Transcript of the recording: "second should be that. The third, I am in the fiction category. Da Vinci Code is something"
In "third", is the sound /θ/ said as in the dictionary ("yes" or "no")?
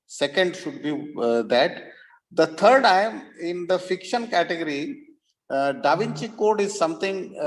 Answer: no